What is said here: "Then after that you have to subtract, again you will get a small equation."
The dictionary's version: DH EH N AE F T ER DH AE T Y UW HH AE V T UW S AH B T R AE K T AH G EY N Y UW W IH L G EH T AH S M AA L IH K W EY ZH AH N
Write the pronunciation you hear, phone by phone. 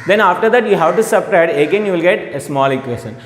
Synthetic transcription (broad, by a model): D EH N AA F T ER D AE T Y UW HH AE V T UW S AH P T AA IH T AH G EY N Y UW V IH L G EH T AH S M AA L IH K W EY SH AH N